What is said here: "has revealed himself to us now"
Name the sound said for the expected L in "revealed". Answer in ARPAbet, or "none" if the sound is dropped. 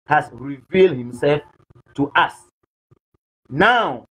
L